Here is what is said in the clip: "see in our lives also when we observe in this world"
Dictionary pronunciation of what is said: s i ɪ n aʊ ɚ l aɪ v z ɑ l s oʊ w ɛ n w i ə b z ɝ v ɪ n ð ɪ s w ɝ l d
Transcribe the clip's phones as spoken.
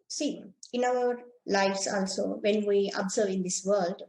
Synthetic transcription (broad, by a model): s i ɪ n aʊ ɚ l aɪ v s ɑ l s oʊ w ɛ n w i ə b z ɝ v ɪ n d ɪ s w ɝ l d